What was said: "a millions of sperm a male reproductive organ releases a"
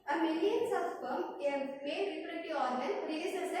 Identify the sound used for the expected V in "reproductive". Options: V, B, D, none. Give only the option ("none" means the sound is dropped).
none